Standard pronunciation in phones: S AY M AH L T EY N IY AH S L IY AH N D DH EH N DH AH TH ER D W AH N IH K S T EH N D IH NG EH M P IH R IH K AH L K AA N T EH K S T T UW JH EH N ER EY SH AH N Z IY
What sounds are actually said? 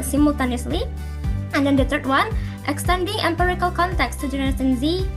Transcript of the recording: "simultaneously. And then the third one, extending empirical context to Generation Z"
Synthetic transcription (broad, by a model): S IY M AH L T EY N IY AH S L IY AH N D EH N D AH T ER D W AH N IH K S T EH N D IH NG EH M P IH R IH K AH L K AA N T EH K S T T UW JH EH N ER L S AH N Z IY